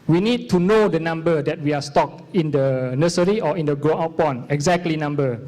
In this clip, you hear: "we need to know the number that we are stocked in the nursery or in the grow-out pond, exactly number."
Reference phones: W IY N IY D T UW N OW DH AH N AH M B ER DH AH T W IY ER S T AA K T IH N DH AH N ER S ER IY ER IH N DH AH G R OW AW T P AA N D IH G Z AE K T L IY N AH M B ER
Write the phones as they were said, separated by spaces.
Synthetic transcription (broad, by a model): W IY N IY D T UW N OW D AH N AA M B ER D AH T W IY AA S T AA K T IH N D AH N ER S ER IY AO IH N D AH G R OW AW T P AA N IH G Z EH K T L IY N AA M B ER